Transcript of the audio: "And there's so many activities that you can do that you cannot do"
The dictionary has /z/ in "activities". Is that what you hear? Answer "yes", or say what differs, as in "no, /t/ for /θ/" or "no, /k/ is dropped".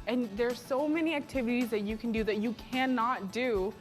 yes